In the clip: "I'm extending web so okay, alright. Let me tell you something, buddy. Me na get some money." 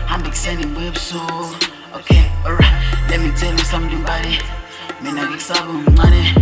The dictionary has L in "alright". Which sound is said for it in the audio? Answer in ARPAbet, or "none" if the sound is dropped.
none